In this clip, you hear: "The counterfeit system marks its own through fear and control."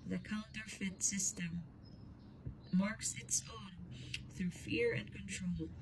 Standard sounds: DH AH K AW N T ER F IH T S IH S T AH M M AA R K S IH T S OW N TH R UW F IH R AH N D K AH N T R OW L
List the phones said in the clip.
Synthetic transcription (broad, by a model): DH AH K AW N T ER F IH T S IH S T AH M M AA R K S IH T S OW N TH R UW F IH R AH N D K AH N T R OW L